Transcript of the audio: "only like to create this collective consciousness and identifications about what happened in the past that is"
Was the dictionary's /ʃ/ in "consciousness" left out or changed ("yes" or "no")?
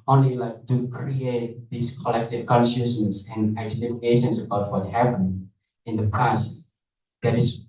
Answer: yes